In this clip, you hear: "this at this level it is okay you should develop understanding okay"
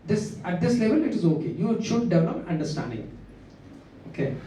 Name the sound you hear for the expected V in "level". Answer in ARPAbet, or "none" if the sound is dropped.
V